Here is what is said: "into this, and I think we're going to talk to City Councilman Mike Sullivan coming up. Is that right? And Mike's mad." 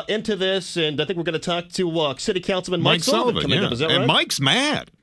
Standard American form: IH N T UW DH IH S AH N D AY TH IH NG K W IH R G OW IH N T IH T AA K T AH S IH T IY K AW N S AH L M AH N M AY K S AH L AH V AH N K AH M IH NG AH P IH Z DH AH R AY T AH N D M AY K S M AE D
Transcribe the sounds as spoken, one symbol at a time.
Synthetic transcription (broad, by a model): IH N T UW DH IH S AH N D AY TH IH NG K W IH R G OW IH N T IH T AA K T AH S IH T IY K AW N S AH M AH N M AY K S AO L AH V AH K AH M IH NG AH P IH Z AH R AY AH M AY K S M AE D